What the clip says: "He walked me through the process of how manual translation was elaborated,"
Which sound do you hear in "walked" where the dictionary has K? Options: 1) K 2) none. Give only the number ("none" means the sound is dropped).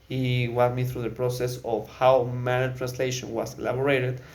2